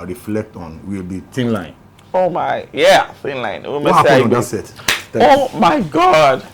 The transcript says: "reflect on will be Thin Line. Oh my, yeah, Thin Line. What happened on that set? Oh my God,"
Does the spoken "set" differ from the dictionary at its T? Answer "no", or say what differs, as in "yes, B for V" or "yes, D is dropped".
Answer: yes, T is dropped